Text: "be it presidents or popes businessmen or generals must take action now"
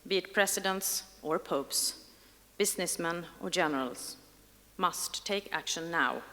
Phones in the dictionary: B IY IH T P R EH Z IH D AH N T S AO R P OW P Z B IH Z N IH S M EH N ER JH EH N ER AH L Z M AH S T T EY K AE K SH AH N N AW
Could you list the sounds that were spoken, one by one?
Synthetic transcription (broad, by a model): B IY IH T P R EH S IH D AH N T S AO R P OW P S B IH S N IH S M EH N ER JH EH N ER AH L S M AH S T T EY K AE K SH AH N N AW